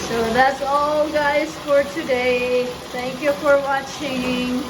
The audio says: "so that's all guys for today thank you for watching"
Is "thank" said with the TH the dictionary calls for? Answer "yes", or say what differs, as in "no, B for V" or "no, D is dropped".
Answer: no, T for TH